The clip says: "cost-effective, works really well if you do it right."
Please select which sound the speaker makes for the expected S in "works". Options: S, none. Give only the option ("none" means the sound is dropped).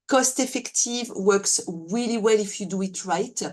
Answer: S